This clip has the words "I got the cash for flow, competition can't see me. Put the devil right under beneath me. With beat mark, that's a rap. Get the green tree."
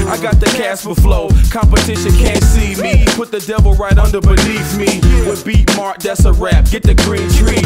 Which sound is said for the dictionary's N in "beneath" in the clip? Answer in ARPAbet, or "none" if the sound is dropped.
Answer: L